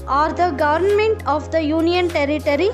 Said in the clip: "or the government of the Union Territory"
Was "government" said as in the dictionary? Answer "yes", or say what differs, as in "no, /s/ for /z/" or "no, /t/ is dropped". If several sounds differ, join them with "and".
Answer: yes